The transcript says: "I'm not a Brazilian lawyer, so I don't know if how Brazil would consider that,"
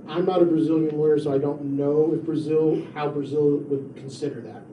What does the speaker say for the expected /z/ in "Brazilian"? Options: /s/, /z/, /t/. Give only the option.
/z/